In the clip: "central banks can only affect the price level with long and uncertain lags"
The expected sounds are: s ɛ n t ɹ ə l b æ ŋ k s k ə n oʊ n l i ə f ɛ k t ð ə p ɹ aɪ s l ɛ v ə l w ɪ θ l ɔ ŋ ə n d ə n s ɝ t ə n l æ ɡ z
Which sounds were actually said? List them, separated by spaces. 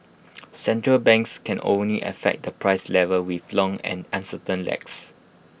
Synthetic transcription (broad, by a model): s ɛ n t ɹ ə l b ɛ ŋ k s k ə n oʊ n l i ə f ɛ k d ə p ɹ aɪ s l ɛ v ə l w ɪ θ l ɔ ŋ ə n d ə n s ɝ t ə n l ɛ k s